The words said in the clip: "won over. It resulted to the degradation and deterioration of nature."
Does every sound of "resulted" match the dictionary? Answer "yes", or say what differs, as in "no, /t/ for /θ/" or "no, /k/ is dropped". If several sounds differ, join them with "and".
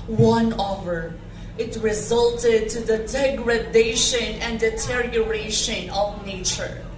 yes